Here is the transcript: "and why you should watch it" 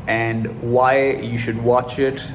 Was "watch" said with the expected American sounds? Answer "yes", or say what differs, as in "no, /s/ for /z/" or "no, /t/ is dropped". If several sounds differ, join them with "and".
yes